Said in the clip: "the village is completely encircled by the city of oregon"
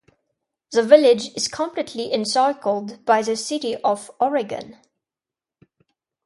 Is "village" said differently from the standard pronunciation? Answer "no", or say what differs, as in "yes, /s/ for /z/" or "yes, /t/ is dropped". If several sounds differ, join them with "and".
no